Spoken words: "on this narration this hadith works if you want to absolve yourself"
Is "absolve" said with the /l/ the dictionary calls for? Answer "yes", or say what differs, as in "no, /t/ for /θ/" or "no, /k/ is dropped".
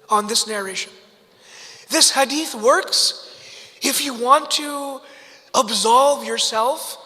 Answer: yes